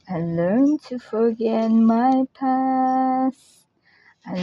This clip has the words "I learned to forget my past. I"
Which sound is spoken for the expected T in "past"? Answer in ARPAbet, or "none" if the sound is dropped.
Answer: none